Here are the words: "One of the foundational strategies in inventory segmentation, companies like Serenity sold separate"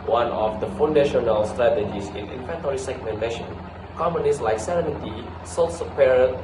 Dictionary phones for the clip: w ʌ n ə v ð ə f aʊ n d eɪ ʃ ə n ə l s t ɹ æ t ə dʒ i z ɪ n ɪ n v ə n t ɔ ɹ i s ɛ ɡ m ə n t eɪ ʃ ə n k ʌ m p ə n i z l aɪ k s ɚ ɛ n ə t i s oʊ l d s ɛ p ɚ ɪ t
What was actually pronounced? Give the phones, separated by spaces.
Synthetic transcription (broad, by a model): w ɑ n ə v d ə f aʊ n d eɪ ʃ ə n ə l s t ɹ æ t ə dʒ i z ɪ n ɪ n f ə n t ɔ ɹ i s ɛ ɡ m ə n t eɪ ʃ ə n k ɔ m ə n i s l aɪ k s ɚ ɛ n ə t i s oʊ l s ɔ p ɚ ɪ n